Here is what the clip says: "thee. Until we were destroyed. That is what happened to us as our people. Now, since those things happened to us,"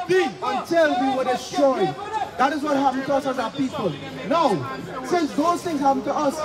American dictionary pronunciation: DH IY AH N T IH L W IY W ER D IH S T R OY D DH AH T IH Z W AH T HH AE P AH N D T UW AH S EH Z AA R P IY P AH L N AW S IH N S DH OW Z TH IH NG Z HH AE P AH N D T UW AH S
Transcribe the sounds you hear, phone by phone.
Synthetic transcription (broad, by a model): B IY AH N T IH L W IY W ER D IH S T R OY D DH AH T IH Z W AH T HH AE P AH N T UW AH S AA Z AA P IY P AH L N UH S IH N S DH OW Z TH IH NG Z HH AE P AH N T UW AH S